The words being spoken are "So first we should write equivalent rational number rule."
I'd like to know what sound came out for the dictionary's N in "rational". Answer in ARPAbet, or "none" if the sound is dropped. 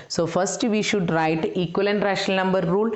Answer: none